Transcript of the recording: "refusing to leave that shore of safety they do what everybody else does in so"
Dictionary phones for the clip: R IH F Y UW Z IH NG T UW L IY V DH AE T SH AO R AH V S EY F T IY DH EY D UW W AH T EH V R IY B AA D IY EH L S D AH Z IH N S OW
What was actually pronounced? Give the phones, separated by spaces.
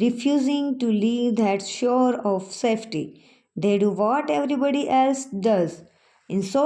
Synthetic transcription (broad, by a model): R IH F Y UW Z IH NG T UW L IY V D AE T SH AO R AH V S EY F T IY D EY D UW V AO T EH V R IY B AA D IY EH L S D AH Z IH N S OW